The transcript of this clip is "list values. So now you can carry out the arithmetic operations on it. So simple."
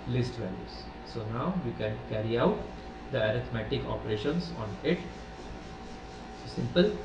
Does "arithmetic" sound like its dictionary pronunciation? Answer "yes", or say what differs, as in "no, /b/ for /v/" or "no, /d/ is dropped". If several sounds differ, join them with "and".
no, /t/ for /θ/